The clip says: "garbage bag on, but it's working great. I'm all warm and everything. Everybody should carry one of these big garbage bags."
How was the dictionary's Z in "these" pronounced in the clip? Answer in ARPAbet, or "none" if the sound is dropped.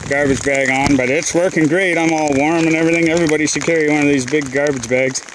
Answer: Z